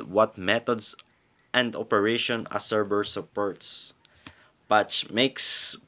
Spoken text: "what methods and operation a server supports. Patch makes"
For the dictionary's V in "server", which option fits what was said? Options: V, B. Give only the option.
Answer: B